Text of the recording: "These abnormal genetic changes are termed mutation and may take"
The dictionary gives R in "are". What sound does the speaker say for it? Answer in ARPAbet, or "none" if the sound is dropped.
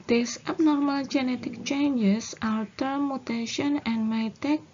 L